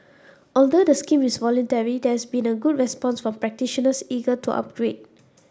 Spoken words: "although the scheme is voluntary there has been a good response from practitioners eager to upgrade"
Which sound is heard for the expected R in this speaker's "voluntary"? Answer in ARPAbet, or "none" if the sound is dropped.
R